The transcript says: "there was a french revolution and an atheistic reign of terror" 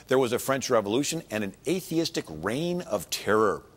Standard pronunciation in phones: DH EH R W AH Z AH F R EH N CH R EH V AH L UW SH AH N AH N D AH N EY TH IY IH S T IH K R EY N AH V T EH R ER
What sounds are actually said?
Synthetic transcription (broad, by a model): DH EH R W AH Z AH F R EH N CH R EH V AH L UW SH AH N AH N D AH N EY TH IY IH S T IH K R EY N AH V T EH R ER